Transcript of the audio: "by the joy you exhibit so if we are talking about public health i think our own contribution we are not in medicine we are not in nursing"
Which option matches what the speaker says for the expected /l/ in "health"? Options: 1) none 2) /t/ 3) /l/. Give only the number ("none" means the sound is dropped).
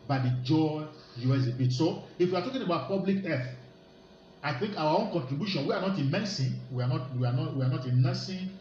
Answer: 1